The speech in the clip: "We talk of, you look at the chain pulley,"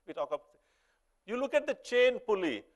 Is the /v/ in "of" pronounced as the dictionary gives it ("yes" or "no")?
no